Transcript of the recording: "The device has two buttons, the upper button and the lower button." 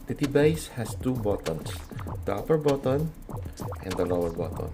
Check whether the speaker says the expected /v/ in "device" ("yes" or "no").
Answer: no